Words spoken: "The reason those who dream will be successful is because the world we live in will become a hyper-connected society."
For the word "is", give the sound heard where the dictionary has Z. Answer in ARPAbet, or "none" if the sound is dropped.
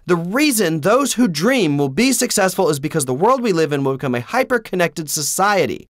Z